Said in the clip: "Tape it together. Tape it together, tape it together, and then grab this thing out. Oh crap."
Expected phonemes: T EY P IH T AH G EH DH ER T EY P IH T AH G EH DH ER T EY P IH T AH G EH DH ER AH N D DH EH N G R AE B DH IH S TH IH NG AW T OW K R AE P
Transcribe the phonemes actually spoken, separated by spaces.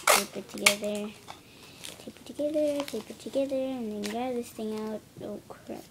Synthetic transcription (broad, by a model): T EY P IH T AH G EH DH ER T EY P IH T AH G EH DH ER T EY P IH T AH G EH DH ER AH N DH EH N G AA DH IH S TH IH NG AW T OW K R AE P